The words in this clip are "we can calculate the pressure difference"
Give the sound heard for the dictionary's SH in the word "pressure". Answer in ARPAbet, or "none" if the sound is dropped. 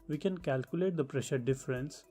SH